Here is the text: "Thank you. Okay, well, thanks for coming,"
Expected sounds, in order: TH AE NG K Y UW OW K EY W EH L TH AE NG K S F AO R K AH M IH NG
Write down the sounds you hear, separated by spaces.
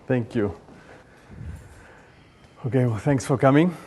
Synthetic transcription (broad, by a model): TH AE NG K Y UW OW K EY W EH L TH AE NG K S F AO R K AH M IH NG